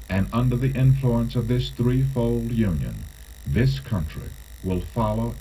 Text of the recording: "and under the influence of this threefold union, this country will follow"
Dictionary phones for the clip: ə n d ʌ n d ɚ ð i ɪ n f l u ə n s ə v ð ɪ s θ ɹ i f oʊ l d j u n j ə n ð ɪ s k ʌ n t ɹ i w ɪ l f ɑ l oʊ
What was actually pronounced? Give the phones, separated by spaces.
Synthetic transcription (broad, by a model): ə n ʌ n d ɚ ð i ɪ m f l u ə n s ə v ð ɪ s θ ɹ i f oʊ l d j u n j ə n ð ɪ s k ʌ n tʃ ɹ i w ɪ l f ɑ l oʊ